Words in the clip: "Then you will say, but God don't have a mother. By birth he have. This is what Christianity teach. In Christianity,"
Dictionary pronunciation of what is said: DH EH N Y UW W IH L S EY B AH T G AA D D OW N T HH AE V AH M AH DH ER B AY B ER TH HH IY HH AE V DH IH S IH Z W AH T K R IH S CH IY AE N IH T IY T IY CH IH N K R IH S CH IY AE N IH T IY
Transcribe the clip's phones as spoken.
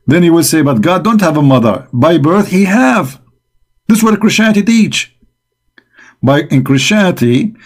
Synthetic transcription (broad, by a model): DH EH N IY W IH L S EY B AH T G AA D D OW N T HH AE V AH M AH DH ER B AY B ER TH HH IY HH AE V DH IH S W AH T K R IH S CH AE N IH T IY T IY CH IH N K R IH S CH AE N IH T IY